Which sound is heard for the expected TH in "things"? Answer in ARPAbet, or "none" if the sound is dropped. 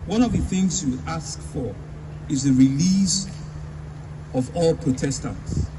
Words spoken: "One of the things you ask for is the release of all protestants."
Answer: TH